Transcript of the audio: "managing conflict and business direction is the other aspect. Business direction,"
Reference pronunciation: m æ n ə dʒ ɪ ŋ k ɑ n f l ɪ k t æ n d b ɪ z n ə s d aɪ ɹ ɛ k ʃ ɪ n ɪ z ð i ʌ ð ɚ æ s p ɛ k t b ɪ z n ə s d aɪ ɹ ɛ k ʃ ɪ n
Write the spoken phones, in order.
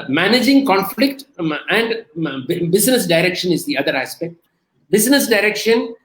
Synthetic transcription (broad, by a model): m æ n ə dʒ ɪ ŋ k ɑ n f l ɪ k t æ n d b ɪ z n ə s d aɪ ɹ ɛ k ʃ ɪ n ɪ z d i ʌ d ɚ æ s p ɛ k t b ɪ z n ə s d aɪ ɹ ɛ k ʃ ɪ n